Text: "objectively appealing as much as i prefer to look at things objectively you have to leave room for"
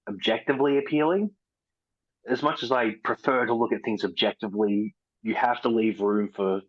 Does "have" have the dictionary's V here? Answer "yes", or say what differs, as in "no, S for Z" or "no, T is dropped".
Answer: no, F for V